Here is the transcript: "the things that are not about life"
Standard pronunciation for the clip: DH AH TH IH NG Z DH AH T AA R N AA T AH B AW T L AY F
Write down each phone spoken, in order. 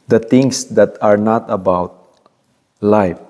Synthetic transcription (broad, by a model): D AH T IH NG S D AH T AA R N AA T AH B AW T L AY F